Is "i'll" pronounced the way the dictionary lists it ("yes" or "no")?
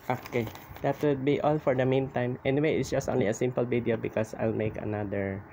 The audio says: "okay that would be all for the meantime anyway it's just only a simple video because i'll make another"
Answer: yes